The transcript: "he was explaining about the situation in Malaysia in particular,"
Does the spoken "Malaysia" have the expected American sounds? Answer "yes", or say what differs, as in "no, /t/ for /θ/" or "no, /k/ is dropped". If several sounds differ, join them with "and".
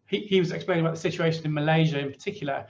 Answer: yes